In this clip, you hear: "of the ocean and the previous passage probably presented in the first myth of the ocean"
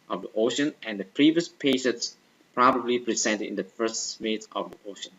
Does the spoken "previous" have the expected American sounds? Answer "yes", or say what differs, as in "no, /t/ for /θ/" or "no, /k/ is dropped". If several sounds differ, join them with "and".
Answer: yes